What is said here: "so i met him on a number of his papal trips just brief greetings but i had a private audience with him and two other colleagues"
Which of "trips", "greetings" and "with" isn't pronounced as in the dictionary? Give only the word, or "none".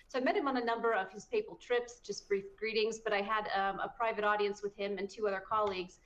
none